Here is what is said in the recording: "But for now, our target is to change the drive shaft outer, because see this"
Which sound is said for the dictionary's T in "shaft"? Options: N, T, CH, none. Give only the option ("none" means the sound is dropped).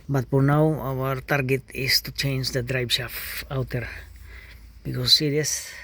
none